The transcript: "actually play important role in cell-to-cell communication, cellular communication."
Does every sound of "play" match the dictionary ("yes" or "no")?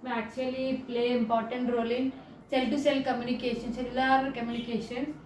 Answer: yes